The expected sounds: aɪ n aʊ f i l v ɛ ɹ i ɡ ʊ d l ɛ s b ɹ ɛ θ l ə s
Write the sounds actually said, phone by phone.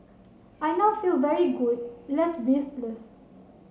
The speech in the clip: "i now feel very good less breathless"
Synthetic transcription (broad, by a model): aɪ n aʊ f i l v ɛ ɹ i ɡ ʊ d l ɛ s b i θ l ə s